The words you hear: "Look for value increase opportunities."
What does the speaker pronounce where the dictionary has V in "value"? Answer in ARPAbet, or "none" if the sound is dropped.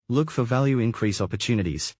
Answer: V